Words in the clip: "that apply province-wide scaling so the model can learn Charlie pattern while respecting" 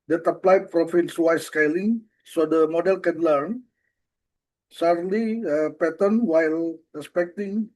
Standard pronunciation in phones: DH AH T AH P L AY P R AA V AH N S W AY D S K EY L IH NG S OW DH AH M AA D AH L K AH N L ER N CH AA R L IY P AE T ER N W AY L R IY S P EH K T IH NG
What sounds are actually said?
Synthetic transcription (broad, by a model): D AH T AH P L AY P R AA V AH N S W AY S K EY L IH NG S OW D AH M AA D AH L K AH N L ER N S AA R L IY P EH T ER N W AY L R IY S P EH K T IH NG